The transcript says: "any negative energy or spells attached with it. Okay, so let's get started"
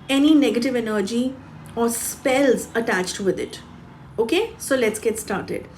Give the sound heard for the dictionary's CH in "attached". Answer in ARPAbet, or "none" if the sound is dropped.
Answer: CH